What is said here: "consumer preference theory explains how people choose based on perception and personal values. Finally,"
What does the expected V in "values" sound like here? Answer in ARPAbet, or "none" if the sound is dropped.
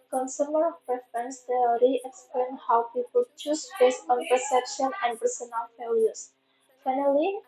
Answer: F